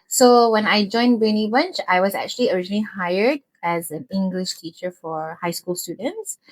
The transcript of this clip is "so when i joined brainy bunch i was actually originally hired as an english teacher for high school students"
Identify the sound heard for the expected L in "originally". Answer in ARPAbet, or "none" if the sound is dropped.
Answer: L